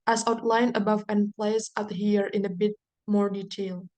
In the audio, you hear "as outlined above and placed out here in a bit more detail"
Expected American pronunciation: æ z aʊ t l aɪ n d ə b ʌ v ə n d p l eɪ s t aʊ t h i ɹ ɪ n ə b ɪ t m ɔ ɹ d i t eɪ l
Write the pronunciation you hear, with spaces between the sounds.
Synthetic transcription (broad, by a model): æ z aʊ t l aɪ n ə b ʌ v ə n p l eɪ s aʊ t h i ɹ ɪ n ə b ɪ t m ɔ ɹ d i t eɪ l